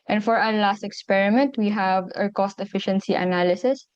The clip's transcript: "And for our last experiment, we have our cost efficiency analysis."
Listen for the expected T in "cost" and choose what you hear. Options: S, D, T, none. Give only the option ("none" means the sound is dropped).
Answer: T